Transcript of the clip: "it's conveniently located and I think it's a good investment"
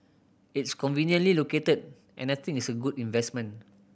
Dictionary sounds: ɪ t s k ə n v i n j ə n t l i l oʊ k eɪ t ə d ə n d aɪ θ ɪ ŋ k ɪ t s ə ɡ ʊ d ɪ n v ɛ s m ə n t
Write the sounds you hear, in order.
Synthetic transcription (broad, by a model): ɪ t s k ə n v i n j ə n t l i l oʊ k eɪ t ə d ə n aɪ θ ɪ ŋ ɪ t s ə ɡ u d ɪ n v ɛ s m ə n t